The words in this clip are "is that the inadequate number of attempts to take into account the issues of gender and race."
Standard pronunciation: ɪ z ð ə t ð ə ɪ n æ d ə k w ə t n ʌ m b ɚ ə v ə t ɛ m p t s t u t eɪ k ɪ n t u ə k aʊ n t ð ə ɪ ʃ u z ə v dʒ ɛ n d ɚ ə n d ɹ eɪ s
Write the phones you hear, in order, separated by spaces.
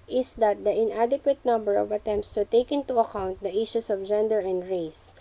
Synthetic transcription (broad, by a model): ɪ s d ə t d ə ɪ n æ d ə k w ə t n ʌ m b ɚ ə v ə t ɛ m p t s t u t eɪ k ɪ n t u ə k aʊ n t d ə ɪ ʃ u s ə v dʒ ɛ n d ɚ ə n d ɹ eɪ s